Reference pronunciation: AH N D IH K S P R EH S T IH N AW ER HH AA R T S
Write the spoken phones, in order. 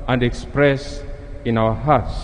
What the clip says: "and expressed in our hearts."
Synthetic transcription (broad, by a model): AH N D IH K S P R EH S IH N AW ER HH AA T S